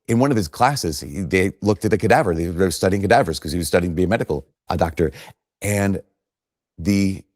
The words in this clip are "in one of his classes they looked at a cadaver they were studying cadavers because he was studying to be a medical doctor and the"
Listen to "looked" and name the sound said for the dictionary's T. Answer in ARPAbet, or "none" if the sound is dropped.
T